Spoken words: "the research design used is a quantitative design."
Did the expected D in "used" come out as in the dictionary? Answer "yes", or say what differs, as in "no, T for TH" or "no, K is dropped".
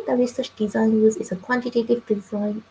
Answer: no, D is dropped